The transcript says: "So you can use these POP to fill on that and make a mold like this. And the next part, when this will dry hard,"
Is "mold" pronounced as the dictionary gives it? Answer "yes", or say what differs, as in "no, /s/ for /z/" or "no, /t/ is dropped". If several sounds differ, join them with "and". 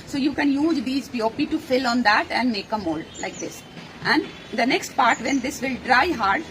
yes